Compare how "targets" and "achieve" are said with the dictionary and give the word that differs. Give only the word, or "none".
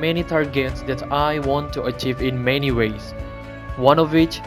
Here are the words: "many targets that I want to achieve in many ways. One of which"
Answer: none